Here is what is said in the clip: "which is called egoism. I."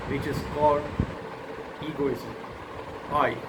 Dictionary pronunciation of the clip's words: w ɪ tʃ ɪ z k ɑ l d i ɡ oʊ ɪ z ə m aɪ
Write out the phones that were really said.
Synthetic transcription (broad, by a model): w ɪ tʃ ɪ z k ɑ d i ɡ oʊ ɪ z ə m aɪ